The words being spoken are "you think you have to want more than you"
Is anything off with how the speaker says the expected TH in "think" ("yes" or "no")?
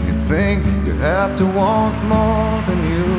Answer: no